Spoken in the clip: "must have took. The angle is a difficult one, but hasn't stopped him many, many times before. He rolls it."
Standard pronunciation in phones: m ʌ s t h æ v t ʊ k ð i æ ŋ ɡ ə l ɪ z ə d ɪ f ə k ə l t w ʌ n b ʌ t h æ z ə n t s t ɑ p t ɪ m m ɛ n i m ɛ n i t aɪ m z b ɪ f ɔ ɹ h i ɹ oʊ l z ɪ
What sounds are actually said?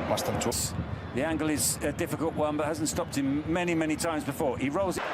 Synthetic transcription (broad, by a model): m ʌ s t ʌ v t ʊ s ð i æ ŋ ɡ ə l ɪ z ə d ɪ f ə k ə l t w ʌ n b ʌ t h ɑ z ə n t s t ɑ p t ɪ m m ɛ n i m ɛ n i t aɪ m z b ɪ f ɔ ɹ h i ɹ oʊ l z